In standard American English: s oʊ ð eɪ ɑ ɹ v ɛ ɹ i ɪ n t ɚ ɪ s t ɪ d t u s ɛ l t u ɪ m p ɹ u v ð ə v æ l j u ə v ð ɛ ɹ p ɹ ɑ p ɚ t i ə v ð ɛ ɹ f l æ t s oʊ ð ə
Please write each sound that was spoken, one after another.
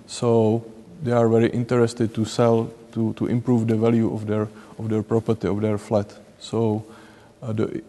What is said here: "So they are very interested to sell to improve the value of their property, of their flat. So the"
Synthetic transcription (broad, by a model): s oʊ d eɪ ɑ ɹ v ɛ ɹ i ɪ n t ɚ ɪ s t ɪ d t u s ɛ l t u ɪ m p ɹ u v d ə v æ l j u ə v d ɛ ɹ p ɹ ɑ p ɚ t i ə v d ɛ ɹ f l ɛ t s oʊ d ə